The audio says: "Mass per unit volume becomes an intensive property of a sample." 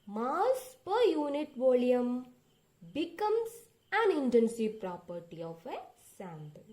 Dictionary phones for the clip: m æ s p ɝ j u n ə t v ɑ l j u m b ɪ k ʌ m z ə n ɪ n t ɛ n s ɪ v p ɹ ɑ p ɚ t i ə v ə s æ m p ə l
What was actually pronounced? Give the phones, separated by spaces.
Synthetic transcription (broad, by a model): m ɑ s p ɝ j u n ə t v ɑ l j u m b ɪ k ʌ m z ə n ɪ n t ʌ n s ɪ p ɹ ɑ p ɚ t i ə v ə s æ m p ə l